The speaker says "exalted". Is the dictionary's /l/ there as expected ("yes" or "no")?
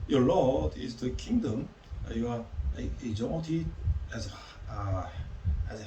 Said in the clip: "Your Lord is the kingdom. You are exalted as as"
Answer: no